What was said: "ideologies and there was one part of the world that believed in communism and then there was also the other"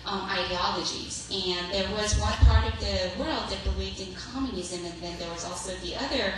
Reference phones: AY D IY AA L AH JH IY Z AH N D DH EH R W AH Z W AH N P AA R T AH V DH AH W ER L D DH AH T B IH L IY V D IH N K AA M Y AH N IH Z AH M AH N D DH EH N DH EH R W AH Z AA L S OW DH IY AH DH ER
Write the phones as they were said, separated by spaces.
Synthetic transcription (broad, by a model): AY D IY AA L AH JH IY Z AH N DH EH R W AH Z W AH N P AA R T AH V DH AH W ER L D DH AH T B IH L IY V D IH N K AA M Y AH N IH Z AH M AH N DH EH N DH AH R W AH Z AA L S OW DH IY AH DH ER